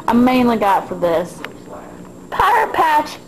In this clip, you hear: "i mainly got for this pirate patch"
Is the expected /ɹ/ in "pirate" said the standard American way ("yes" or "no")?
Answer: no